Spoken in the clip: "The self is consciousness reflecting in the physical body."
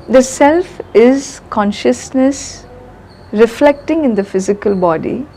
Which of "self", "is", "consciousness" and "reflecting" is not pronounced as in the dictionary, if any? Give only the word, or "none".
none